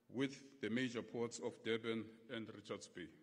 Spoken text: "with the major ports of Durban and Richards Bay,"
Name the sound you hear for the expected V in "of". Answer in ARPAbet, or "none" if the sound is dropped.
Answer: F